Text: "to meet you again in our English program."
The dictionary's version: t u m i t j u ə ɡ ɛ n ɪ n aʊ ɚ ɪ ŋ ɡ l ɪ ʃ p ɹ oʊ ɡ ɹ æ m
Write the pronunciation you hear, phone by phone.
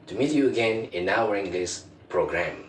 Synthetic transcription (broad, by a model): t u m i t j u ə ɡ ɛ n ɪ n aʊ ɚ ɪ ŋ ɡ l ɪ s p ɹ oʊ ɡ ɹ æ m